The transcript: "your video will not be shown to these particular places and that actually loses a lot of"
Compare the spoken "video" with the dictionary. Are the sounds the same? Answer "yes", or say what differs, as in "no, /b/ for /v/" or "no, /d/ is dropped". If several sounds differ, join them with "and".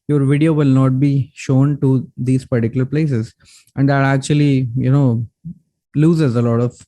yes